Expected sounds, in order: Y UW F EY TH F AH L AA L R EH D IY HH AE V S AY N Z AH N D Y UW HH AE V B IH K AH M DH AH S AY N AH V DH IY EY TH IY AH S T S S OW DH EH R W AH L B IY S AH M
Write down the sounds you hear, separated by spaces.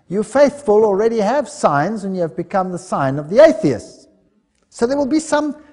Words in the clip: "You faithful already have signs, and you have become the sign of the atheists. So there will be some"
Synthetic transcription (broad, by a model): Y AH F EY TH F AH L AA L R EH D IY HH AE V S AY N Z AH N Y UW V B IH K AH M DH AH S AY N AH V DH IY EY TH IY AH S T S S OW DH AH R W AH L B IY S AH M